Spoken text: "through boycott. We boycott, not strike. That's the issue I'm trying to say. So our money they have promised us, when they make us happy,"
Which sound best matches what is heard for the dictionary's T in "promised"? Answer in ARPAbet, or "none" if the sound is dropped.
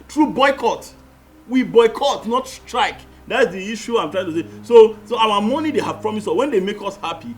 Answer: none